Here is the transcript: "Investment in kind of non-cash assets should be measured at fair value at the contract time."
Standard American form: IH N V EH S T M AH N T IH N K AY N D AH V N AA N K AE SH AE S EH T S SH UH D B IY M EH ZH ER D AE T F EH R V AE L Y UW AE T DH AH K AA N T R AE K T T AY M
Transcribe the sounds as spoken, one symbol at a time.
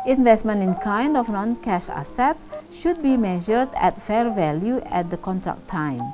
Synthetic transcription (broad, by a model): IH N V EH S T M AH N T IH N K AY N D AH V N AA N K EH SH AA S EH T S SH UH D B IY M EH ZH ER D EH T F EH R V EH L Y UW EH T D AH K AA N T R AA K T T AY M